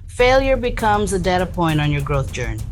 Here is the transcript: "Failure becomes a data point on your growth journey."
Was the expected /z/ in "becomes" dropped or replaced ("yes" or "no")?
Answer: no